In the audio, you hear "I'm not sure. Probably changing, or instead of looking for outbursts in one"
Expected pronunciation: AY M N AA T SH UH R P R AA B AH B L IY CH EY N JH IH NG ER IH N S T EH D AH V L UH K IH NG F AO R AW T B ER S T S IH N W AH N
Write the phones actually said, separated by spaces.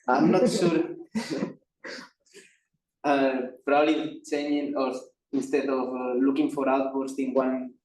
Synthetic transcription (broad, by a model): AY M N AA T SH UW R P R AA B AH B L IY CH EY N IH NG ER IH N S T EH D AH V L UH K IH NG F AO R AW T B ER T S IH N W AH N